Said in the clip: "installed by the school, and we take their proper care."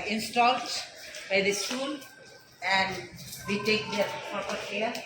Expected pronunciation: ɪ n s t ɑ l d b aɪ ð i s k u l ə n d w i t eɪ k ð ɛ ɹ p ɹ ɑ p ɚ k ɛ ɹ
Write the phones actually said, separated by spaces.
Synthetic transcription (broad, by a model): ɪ n s t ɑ l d b aɪ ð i s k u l ə n d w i t eɪ k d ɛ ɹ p ɑ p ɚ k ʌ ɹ